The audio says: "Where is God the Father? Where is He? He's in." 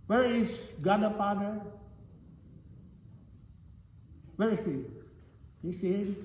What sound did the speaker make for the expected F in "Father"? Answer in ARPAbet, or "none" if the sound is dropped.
P